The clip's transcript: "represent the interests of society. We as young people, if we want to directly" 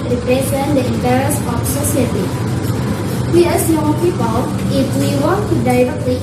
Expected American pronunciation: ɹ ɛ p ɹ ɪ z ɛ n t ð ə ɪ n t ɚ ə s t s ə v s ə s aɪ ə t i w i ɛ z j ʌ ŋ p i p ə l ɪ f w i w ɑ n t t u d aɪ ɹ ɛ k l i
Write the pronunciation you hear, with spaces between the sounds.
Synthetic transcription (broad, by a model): ɹ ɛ p ɹ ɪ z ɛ n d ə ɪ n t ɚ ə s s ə f s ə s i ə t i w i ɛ s j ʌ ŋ p i p ə l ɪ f w i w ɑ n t t u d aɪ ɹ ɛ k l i